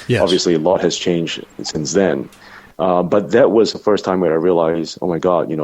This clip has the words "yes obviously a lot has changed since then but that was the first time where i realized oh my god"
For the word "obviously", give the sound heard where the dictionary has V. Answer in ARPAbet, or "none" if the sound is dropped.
V